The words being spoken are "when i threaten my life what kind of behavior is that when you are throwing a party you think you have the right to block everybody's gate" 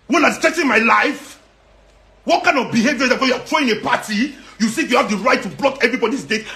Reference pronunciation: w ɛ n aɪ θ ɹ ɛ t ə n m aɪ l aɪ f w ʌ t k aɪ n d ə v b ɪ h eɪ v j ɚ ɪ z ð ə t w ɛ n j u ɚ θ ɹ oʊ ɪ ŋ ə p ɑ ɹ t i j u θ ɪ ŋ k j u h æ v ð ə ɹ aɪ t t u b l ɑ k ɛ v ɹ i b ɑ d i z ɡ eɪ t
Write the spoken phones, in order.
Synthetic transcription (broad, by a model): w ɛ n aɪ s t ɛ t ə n m aɪ l aɪ f w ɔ t k aɪ n d ə v b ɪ h eɪ v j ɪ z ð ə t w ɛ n j u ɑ t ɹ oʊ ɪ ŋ ə p ɑ t i j u s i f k j u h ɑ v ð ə ɹ aɪ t t u b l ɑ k ɛ v ɹ i b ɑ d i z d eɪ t